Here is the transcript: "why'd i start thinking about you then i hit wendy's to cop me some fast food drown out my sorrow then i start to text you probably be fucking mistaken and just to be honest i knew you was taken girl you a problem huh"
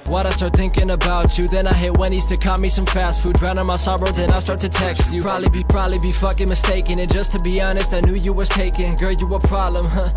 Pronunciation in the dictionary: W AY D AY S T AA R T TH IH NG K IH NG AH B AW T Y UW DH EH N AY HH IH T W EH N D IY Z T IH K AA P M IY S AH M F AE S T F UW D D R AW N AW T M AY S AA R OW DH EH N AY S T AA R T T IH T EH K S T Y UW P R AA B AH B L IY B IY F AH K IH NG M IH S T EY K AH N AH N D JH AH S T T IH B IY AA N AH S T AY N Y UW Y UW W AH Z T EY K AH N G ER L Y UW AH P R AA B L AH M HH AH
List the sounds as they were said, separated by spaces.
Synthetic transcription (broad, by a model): W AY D AY S T AA R T TH IH NG K IH NG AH B AW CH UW DH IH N AY HH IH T W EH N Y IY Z T IH K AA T M IY S AH M F AE S T F UW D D R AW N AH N M AY S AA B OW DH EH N AY S T AA R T T IH T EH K S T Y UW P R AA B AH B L IY B IY F AH K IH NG M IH S T EY K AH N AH N JH AH S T T IH B IY AA N AH S T AY N Y UW Y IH W AH Z T EY K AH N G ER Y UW AH P R AA B L AH M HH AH